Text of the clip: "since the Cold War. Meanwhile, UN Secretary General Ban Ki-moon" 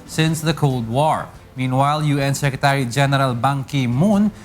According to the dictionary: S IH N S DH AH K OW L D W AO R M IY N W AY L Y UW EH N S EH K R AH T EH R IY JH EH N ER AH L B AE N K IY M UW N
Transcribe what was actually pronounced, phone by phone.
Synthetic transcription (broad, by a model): S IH N S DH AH K OW L D W AO R M IY N W AY L Y UW EH N S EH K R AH T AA R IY JH EH N ER AH L B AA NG K IY M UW N